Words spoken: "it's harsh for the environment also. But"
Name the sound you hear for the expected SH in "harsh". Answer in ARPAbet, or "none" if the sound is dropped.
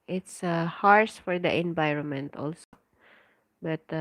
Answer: S